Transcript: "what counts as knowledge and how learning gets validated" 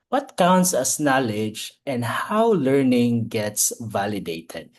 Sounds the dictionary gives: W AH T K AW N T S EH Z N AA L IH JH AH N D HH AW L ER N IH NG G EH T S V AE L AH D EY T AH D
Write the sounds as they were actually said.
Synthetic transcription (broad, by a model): W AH T K AW N T S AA S N AA L IH JH AH N D HH AW L ER N IH NG G EH T S V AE L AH D EY T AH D